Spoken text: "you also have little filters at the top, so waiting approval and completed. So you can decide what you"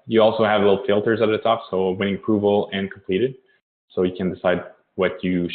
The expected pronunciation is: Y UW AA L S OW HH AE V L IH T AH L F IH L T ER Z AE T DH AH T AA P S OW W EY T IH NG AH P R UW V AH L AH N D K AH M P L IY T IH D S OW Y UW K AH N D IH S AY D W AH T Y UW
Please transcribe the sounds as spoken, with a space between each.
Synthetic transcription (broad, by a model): Y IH AA L S OW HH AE V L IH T L F IH L T ER Z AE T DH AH T AA P S OW W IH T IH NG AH P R UW V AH L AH N K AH M P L IY T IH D S OW Y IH K AH N D IH S AY D W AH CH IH